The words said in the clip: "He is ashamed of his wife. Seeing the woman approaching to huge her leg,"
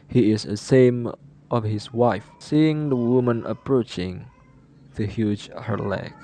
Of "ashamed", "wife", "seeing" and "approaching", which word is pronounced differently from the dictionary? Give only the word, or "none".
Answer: ashamed